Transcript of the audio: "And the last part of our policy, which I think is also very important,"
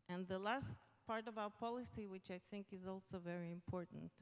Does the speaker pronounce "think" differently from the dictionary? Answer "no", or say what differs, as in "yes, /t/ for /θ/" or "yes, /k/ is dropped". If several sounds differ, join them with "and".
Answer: no